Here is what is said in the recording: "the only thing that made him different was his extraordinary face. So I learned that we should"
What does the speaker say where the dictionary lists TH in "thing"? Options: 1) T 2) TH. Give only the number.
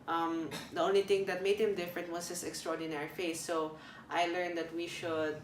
1